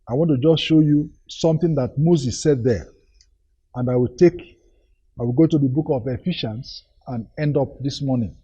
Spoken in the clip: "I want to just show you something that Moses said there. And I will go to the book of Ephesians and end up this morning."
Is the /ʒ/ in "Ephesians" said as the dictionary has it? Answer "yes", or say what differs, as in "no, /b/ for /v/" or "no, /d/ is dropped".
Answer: no, /ʃ/ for /ʒ/